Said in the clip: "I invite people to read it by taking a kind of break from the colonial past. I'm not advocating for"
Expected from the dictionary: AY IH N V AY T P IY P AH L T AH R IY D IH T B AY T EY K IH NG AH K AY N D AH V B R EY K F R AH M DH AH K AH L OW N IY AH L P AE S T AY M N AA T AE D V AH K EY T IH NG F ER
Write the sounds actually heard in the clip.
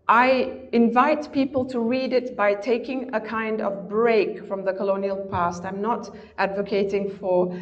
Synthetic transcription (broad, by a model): AY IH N V AY T P IY P AH L T AH R IY D IH T B AY T EY K IH NG AH K AY N D AH V B R EY K F R AH M DH AH K AH L OW N IY AH L P AE S T AY M N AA T AE D V AH K EY T IH NG F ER